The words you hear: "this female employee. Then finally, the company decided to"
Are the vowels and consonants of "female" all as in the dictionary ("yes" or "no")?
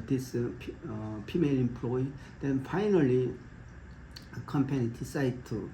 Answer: no